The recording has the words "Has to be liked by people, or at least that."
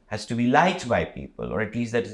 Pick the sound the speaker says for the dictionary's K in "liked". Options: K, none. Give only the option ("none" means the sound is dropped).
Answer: none